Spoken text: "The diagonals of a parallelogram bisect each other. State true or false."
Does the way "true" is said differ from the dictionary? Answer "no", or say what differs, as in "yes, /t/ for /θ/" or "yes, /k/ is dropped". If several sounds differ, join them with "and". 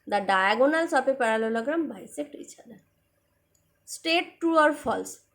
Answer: yes, /ɹ/ is dropped